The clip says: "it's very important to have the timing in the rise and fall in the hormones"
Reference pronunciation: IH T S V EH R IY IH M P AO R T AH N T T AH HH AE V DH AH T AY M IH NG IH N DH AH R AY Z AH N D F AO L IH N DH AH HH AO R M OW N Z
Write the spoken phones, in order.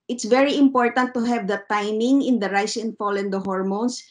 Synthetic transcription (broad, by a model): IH T S V EH R IY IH M P AO R T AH N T T AH HH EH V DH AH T AY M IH NG IH N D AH R AY S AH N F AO L IH N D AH HH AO R M OW N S